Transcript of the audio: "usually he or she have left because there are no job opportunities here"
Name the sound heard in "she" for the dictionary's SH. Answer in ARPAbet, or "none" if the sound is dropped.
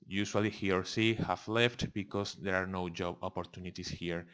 S